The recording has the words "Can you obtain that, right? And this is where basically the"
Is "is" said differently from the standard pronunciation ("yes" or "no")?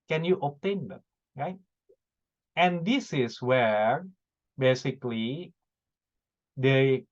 yes